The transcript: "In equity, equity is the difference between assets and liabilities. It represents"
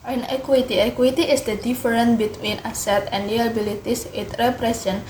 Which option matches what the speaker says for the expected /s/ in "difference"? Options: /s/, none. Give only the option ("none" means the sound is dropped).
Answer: none